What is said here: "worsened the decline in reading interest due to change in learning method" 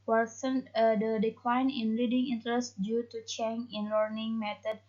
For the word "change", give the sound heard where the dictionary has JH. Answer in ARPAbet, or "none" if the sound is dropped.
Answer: none